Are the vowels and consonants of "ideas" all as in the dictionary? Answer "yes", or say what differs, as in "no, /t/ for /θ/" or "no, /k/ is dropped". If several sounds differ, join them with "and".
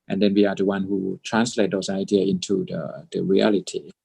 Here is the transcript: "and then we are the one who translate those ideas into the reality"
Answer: no, /z/ is dropped